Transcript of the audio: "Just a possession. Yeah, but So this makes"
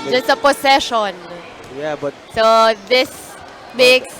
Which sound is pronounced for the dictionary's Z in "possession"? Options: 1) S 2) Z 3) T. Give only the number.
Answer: 1